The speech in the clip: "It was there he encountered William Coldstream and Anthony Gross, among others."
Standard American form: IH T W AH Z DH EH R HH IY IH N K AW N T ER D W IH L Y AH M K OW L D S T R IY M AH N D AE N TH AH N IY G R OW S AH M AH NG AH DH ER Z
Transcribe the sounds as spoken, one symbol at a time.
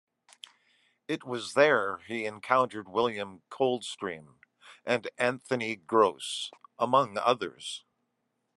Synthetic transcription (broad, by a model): IH T W AH Z DH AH R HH IY IH N K AW N T ER D W IH L Y AH M K OW L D S T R IY M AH N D AE N TH AH N IY G R OW S AH M AH NG AH DH ER Z